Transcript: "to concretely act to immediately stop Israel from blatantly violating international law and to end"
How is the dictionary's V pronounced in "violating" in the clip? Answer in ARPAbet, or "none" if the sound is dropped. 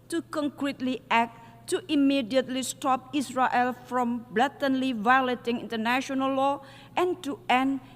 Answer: V